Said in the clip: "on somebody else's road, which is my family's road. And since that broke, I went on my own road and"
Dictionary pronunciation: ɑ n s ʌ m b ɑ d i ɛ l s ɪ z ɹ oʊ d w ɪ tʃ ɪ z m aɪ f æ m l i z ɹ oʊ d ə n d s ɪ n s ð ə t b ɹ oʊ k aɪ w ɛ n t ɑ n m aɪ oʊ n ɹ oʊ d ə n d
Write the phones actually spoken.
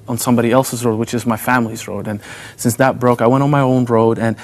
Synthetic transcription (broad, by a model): n s ʌ m b ɑ d i ɛ l s ɪ z ɹ oʊ d w ɪ tʃ ɪ z m aɪ f æ m l i z ɹ oʊ d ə n s ɪ n s ð ə t b ɹ oʊ k aɪ w ɛ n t n m aɪ oʊ n ɹ oʊ d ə n